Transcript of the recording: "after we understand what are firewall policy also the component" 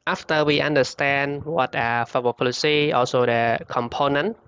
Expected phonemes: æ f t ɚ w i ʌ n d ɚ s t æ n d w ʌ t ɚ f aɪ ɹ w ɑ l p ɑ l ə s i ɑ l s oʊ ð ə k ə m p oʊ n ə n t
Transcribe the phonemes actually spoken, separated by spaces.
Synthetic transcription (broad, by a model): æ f t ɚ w i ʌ n d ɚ s t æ n d w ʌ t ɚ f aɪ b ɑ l p ɑ l ə s i ɑ l s oʊ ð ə k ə m p oʊ n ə n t